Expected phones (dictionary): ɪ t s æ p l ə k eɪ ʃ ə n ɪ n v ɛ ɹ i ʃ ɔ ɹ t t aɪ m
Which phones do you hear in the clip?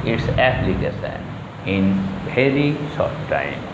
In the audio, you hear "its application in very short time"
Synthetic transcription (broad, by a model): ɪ t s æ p l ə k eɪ s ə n ɪ n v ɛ ɹ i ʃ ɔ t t aɪ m